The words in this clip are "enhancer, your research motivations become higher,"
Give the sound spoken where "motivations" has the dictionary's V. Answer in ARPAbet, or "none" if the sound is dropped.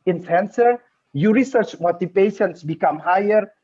P